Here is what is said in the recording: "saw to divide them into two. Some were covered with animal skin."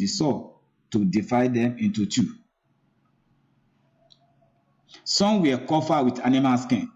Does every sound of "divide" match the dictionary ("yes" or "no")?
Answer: no